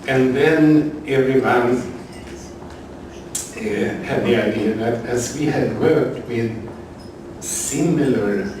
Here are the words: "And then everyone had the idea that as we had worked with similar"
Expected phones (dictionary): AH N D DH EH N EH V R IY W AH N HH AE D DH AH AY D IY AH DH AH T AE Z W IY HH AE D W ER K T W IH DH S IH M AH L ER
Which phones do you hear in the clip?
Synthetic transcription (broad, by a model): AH N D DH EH N EH V R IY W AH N HH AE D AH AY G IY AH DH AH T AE S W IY HH AE D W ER K T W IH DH S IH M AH L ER